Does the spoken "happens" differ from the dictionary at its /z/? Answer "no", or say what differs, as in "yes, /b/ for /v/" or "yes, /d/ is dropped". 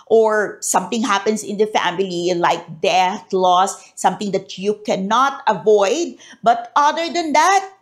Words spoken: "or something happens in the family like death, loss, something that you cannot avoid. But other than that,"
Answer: yes, /s/ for /z/